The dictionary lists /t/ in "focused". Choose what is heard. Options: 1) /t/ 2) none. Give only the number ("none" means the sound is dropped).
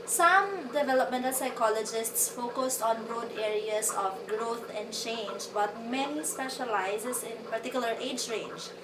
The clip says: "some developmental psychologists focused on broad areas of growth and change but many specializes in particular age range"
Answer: 1